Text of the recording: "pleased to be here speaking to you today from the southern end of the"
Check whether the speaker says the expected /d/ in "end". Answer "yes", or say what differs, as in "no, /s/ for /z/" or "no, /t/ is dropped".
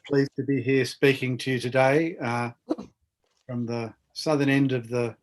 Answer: yes